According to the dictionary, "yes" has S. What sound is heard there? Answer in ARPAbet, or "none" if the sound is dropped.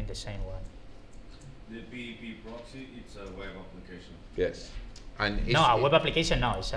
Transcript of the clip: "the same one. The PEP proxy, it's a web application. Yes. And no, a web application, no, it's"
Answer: S